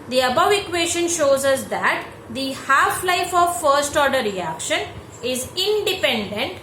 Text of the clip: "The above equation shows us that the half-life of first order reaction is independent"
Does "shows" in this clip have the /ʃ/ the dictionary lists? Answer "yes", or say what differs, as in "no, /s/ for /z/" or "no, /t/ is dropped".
yes